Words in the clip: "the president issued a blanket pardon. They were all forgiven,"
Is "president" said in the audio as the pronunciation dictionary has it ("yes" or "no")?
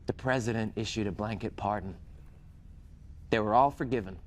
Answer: yes